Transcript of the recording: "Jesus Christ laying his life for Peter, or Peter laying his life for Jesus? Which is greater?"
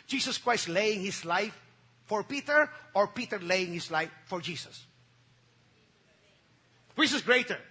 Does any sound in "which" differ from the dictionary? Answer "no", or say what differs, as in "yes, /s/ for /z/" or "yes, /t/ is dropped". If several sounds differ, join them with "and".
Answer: yes, /s/ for /tʃ/